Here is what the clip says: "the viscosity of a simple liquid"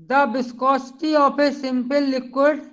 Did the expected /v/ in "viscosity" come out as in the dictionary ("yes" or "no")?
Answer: no